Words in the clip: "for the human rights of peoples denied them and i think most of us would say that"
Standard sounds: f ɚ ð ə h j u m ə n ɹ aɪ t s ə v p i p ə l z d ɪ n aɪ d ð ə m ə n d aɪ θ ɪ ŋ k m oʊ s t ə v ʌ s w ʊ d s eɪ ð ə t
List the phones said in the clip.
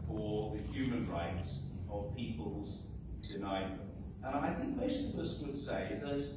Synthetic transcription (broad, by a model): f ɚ ð ə h j u m ə n ɹ aɪ t s ə v p i p ə l z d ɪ n aɪ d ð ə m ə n aɪ θ ɪ ŋ k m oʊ s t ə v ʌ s w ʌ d s eɪ ð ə t